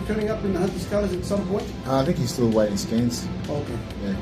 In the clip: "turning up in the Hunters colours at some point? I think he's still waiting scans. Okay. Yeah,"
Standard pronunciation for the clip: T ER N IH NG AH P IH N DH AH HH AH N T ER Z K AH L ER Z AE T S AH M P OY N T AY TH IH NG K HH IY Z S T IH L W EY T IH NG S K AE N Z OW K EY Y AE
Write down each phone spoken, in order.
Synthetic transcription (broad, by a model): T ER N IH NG AH P IH N DH AH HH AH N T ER S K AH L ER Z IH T S AH M P OY N T AY TH IH NG K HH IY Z S T IH L W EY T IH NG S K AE N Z OW K EY Y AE